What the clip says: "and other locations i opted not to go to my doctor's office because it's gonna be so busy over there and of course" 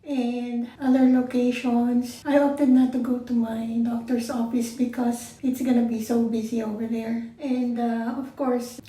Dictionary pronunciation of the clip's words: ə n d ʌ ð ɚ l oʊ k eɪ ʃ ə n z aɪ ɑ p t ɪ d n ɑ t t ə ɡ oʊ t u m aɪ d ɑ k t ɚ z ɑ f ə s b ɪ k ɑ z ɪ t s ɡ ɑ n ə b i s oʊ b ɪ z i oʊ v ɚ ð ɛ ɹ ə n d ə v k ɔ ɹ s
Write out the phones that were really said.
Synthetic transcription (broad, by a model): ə n d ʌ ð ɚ l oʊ k eɪ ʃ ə n s aɪ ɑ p t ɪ d n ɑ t t ə ɡ oʊ t u m aɪ d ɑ k t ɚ s ɑ f ə s b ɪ k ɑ s ɪ t s ɡ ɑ n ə b i s oʊ b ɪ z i oʊ v ɚ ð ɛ ɹ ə n d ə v k ɔ ɹ s